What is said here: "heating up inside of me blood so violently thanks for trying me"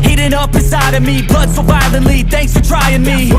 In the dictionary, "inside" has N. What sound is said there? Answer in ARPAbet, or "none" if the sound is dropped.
none